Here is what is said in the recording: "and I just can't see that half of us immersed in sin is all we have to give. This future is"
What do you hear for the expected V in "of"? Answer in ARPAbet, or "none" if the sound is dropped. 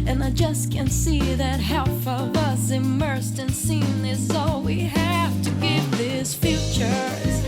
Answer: V